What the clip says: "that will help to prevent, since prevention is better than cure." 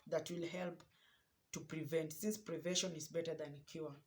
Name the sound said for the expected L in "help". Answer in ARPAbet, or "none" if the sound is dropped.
L